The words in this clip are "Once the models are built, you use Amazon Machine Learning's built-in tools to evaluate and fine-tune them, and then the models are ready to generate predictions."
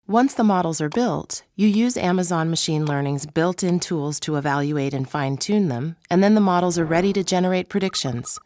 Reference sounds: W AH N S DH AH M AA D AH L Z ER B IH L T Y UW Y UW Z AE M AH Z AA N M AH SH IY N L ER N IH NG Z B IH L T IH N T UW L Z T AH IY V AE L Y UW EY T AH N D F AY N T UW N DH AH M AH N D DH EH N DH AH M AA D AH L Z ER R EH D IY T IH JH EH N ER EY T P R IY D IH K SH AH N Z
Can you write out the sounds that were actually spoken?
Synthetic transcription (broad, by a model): W AH N S DH AH M AA D L Z ER B IH L T Y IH Y UW Z AE M AH Z AA N M AH SH IY N L ER N IH NG Z B IH L T IH N T UW L Z T AH IY V AE L Y UW EY T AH N F AY N T UW N DH AH M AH N DH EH N DH AH M AA D L Z ER R EH D IY T IH JH EH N ER EY T P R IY D IH K SH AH N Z